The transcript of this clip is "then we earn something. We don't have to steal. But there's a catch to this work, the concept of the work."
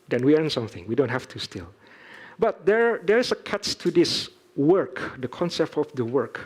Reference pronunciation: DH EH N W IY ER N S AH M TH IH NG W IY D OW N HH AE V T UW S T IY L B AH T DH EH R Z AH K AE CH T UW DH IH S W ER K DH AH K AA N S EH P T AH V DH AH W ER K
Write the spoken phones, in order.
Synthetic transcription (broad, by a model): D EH N W IY ER N S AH M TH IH NG W IY D OW N HH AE F T UW S T IY L B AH T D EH R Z AH K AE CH T UW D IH S W ER K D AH K AA N S EH P T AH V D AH W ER K